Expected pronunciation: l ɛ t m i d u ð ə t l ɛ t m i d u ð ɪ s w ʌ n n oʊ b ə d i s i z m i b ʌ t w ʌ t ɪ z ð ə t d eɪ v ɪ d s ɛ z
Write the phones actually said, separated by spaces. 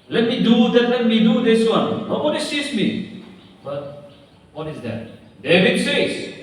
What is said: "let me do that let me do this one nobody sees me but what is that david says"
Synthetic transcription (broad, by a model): l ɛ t m i d u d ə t l ɛ t m i d u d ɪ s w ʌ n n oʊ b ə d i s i s m i b ʌ t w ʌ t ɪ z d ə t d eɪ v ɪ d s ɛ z